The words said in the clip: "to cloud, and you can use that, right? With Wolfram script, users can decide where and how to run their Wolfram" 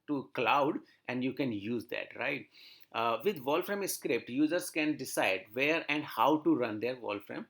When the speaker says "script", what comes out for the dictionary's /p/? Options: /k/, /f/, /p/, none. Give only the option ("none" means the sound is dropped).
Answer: /p/